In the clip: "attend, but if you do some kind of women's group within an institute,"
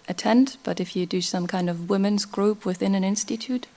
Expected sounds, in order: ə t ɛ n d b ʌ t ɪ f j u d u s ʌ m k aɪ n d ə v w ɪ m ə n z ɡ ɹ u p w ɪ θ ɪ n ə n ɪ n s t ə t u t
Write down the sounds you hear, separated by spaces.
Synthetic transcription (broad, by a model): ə t ɛ n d b ʌ t ɪ f j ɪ d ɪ s ʌ m k aɪ n d ə v w ɪ m ə n z ɡ ɹ u p w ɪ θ ɪ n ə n ɪ n s t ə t u t